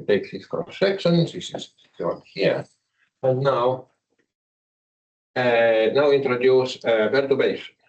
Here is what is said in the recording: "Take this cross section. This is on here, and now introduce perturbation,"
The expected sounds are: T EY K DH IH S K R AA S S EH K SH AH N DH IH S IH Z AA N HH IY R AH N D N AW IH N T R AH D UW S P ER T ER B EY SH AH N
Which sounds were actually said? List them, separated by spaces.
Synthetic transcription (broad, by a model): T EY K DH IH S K AA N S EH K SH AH N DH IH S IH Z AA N HH IY R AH N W N AW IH N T R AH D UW S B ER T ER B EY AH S